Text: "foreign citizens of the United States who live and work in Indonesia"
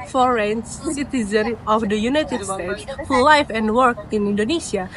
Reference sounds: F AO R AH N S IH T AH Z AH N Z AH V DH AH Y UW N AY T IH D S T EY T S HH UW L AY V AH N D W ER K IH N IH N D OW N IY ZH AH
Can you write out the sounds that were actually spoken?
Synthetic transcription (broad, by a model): F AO R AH N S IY T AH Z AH N AH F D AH Y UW N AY T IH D S T EY T S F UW L AY F AH N D W ER K IH N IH N D OW N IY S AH